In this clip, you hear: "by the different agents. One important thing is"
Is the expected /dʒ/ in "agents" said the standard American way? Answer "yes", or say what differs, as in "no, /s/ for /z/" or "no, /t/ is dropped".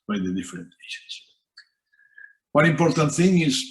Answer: no, /ʃ/ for /dʒ/